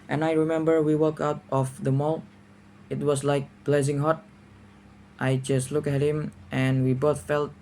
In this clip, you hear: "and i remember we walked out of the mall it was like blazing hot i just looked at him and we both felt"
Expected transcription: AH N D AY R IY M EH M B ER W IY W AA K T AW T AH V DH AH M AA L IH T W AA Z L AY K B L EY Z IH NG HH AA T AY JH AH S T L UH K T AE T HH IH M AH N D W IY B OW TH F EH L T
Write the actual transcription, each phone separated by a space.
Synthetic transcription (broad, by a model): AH N AY R IY M EH M B ER W IY W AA K AW T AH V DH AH M AA L IH T W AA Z L AY K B L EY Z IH NG HH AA T AY JH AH S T L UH K AE T HH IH M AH N W IY B OW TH F EH L T